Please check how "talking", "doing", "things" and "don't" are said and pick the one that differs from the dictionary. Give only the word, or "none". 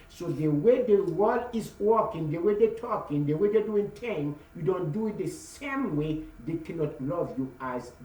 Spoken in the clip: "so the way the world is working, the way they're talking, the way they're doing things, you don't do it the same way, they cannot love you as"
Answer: things